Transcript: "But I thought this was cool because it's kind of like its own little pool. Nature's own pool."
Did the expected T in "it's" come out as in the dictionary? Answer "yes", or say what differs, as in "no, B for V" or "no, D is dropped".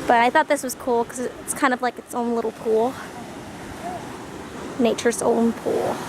yes